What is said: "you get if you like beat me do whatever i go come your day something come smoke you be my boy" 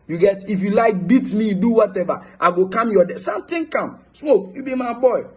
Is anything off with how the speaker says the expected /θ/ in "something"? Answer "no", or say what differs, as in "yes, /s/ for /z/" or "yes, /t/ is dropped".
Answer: yes, /t/ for /θ/